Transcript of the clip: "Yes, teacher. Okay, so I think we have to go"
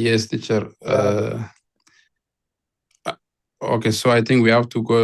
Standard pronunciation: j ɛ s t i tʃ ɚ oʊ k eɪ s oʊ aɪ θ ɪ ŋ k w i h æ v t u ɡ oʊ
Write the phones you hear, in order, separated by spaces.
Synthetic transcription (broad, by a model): j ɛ s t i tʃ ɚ oʊ k eɪ s oʊ aɪ t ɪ ŋ k w i h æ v t u ɡ oʊ